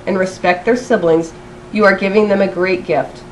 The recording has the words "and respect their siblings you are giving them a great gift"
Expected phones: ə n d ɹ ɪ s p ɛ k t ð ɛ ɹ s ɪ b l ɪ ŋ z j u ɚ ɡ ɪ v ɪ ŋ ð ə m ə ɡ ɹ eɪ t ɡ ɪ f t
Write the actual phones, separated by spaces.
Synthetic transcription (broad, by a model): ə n ɹ ɪ s p ɛ k t ð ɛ ɹ s ɪ b l ɪ ŋ z j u ɚ ɡ ɪ v ɪ ŋ ð ə m ə ɡ ɹ eɪ t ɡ ɪ f t